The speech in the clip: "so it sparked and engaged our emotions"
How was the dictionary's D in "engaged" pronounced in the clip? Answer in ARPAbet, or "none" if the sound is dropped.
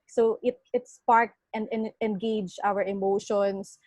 none